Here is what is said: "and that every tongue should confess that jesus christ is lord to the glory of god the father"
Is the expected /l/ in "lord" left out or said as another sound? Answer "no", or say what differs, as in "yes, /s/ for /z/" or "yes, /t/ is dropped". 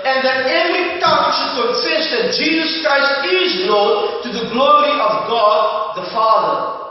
yes, /n/ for /l/